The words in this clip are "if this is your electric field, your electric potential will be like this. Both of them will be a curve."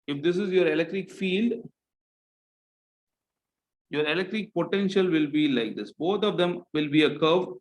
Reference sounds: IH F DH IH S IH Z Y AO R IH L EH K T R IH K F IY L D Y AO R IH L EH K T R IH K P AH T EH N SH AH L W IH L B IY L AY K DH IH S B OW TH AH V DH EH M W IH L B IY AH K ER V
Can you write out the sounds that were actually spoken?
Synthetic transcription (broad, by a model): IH F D IH S IH Z Y AO R IH L EH K T R IH K F IY L D Y AO R IH L EH K T R IH K P AH T EH N SH AH L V IH L B IY L AY K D IH S B OW T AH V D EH M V IH L B IY AH K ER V